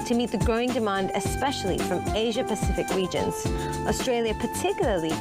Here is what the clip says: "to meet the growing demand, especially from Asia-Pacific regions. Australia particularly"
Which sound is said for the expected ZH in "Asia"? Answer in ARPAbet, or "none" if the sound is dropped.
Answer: ZH